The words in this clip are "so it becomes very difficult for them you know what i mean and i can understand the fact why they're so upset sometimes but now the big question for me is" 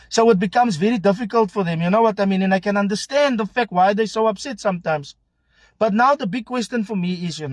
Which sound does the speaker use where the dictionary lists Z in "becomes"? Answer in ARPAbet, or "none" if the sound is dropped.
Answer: Z